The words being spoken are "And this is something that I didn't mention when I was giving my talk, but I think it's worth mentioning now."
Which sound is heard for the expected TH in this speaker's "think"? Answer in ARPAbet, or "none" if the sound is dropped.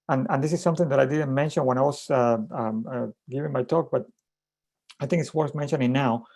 TH